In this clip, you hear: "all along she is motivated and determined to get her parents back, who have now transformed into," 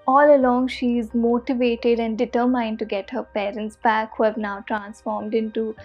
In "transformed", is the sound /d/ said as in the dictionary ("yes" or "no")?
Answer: yes